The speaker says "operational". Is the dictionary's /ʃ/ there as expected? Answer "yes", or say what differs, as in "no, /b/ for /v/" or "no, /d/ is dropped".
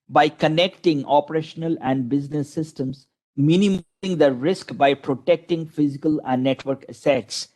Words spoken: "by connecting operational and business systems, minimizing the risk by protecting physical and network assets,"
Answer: yes